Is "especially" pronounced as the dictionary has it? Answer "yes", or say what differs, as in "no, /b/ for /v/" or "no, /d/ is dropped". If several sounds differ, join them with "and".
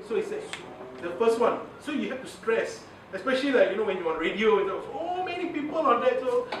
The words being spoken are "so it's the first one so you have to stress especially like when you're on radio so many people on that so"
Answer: yes